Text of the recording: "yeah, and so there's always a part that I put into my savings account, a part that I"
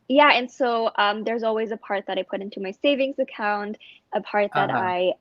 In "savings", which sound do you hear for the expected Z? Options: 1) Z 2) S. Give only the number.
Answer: 1